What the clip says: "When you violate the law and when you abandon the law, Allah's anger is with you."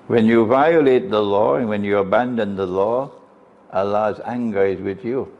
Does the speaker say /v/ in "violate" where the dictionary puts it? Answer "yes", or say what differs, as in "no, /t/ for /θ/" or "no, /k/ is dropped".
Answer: yes